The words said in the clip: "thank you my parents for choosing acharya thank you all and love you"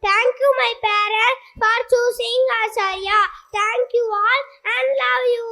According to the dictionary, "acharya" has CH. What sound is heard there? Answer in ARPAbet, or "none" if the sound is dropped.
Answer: S